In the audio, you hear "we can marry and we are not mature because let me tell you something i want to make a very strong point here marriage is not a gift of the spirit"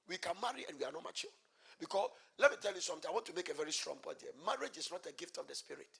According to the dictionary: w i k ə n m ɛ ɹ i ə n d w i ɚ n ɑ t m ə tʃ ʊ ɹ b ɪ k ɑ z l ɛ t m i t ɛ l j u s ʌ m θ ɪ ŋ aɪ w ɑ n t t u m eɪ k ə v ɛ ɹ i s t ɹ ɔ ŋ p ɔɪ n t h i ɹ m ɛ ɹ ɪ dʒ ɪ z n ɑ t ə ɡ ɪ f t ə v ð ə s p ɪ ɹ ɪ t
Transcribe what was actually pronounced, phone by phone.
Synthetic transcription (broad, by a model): w i k ə n m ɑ ɹ i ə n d w i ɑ n ɑ t m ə tʃ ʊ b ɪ k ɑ s l ɛ t m i t ɛ l j u s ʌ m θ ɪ aɪ w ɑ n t t u m eɪ k ə v ɛ ɹ i s t ɹ ɔ ŋ b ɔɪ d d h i m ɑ ɹ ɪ dʒ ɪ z n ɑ t ə ɡ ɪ f t ə v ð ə s p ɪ ɹ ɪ t